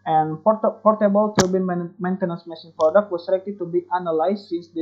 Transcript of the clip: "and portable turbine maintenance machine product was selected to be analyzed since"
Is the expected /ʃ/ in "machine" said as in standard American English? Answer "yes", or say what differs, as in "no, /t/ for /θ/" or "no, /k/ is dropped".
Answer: no, /s/ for /ʃ/